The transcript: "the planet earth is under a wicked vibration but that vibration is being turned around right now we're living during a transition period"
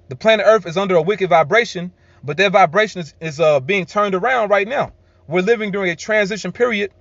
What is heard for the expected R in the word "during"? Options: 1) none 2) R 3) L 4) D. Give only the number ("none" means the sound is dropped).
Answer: 2